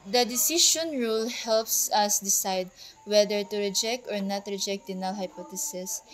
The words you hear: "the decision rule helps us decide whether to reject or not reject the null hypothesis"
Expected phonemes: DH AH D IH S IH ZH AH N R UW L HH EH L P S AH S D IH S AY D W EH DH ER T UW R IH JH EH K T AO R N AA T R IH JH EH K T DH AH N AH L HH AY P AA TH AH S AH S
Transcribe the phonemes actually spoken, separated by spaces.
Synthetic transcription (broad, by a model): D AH D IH S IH SH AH N R UW L HH EH L P S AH S D IH S AY D W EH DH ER T UW R IH JH EH K T AO R N AA T R IH JH EH K T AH N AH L HH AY P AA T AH S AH S